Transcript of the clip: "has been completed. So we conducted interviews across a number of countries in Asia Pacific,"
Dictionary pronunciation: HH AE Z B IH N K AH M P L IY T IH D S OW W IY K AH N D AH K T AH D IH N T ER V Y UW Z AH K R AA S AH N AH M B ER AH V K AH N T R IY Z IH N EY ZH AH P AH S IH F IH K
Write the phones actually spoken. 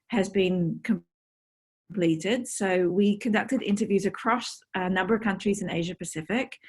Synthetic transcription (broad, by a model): HH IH Z B IH N K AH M P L IY T IH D S OW W IY K AH N D AH K T AH D IH N T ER V Y UW Z AH K R AA S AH N AH M B ER AH V K AH N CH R IY Z IH N EY ZH AH P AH S IH F IH K